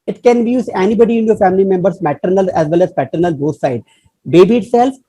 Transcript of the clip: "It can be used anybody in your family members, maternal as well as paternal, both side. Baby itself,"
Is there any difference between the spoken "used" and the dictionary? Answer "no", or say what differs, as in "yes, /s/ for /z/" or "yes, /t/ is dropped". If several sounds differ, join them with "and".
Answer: yes, /d/ is dropped